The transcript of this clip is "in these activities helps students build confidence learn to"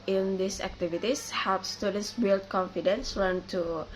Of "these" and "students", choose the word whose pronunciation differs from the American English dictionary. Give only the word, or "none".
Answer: these